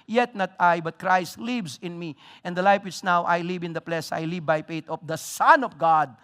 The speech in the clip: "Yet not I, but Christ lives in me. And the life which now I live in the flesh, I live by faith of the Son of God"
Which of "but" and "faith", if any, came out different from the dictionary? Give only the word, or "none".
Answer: faith